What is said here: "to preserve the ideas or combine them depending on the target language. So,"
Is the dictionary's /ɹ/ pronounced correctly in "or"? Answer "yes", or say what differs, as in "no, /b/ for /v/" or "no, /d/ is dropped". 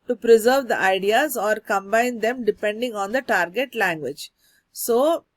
yes